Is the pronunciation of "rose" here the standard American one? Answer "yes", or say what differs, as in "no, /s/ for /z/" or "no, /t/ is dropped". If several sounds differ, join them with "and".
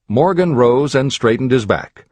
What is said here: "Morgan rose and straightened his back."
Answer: yes